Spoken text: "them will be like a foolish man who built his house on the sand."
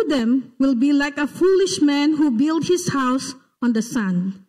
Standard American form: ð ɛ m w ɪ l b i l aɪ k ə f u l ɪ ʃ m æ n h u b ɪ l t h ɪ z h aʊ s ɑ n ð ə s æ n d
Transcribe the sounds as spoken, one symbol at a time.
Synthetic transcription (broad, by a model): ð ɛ m w ɪ l b i l aɪ k ə f u l ɪ ʃ m æ n h u b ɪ l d h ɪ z h aʊ s ɑ n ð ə s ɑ n